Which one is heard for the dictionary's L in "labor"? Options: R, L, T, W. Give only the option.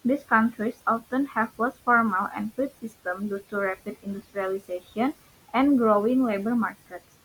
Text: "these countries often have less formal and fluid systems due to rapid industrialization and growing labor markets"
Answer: L